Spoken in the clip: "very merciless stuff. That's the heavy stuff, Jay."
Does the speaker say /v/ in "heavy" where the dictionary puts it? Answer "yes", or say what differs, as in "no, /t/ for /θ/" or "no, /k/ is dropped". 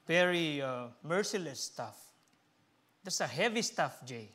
yes